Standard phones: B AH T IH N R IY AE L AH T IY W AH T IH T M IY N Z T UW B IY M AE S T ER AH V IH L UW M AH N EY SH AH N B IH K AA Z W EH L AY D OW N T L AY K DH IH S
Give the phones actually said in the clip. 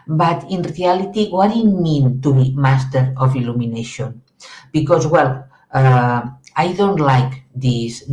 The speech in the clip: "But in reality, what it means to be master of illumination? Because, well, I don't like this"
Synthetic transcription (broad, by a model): B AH T IH N R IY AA L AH T IY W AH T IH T M IY N T UW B IY M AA S T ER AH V IH L UW M AH N EY SH AH N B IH K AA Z W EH L AY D OW N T L AY K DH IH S